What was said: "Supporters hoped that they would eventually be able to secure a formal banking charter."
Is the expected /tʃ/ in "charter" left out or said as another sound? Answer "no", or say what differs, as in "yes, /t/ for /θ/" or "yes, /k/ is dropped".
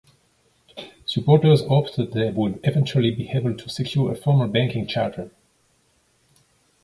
no